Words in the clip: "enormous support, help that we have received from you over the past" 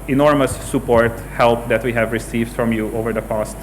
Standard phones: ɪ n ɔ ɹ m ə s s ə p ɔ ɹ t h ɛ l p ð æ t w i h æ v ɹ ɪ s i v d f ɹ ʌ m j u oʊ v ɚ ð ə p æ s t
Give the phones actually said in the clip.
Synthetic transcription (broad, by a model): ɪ n ɔ ɹ m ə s s ə p ɔ ɹ t h ɛ l p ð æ t w i h æ v ɹ ɪ s i v d f ɹ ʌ m j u oʊ v ɚ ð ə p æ s t